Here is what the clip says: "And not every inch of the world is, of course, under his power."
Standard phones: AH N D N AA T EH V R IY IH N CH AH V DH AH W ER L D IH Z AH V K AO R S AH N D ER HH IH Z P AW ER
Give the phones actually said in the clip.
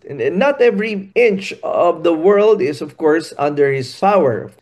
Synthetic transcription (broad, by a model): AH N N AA T EH V R IY IH N CH AH V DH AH W ER L D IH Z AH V K AO R S AH N D ER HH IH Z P AW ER